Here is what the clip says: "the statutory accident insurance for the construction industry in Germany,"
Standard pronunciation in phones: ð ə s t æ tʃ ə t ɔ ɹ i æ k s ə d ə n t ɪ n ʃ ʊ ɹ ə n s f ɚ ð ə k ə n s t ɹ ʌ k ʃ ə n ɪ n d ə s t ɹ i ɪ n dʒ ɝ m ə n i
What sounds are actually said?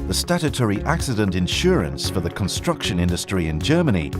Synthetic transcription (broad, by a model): ð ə s t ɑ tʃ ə t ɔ ɹ i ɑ k s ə d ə n t ɪ n ʃ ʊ ɹ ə n s f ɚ ð ə k ə n s t ɹ ʌ k ʃ ə n ɪ n d ə s t ɹ i ɪ n dʒ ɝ m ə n i